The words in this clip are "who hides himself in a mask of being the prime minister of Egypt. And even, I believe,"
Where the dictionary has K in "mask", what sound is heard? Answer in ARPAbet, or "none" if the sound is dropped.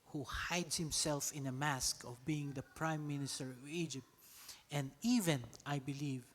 K